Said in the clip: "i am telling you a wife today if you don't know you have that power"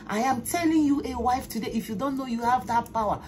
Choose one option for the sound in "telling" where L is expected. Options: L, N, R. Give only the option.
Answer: L